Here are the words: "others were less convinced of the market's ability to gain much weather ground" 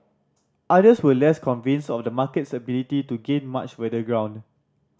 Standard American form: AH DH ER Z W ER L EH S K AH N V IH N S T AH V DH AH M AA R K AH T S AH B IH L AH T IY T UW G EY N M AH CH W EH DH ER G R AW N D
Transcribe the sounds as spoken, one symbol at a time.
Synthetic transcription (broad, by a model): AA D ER S W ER L EH S K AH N V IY N S AH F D AH M AA K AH T S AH B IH L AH T IY T UW G EY N M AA CH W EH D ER G R AW N D